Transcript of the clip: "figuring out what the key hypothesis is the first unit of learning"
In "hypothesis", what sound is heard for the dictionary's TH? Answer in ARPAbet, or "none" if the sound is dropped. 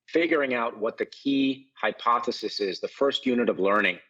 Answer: TH